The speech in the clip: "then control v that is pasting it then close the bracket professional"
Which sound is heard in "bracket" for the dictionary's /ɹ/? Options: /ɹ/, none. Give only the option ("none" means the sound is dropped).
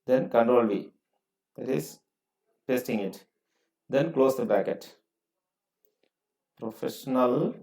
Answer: none